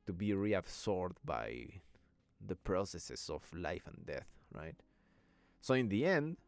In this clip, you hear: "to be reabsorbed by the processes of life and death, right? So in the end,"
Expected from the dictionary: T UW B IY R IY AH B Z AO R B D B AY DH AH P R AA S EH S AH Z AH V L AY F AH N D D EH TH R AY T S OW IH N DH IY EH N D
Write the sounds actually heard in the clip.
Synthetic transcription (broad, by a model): T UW B IY R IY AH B S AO R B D B AY DH AH P R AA S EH S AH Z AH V L AY F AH N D D EH TH R AY T S OW IH N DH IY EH N D